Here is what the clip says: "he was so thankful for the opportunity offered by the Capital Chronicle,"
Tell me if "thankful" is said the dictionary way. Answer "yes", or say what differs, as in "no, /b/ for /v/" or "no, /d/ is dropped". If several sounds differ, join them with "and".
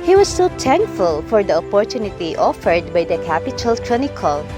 no, /t/ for /θ/